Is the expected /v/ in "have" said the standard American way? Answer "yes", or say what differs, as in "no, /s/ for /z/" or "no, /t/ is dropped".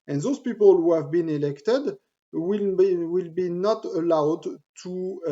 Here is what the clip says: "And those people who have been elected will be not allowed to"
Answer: yes